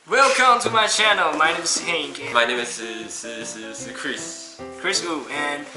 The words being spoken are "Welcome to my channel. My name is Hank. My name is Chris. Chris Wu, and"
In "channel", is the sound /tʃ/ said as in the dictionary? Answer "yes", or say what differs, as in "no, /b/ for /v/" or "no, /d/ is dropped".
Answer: yes